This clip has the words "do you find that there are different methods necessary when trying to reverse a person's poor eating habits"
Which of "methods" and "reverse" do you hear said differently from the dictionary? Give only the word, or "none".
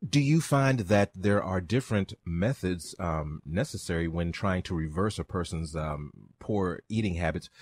none